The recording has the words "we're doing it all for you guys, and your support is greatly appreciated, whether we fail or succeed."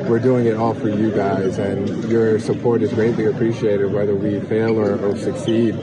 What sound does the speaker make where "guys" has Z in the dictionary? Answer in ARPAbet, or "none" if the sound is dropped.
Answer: Z